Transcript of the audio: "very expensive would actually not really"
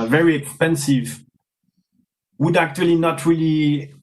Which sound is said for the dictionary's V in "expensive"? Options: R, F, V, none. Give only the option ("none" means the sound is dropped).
V